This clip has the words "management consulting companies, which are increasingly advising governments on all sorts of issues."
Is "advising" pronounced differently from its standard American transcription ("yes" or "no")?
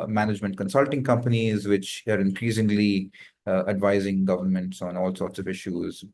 no